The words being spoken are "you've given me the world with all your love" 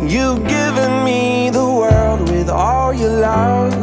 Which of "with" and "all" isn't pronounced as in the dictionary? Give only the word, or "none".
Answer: none